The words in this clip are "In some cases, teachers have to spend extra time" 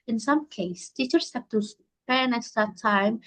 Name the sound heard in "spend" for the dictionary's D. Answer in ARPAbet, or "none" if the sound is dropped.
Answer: none